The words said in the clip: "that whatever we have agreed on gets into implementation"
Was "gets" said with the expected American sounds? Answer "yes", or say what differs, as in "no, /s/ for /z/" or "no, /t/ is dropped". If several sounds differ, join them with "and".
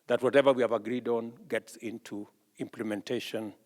yes